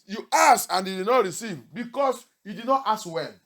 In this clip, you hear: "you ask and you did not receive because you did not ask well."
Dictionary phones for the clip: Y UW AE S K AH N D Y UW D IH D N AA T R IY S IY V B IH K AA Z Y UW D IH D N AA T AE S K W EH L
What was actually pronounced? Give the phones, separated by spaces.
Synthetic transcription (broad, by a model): Y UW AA S AH N D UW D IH N AA T R IY S IY V B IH K AA S Y UW D IH D N AA T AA S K W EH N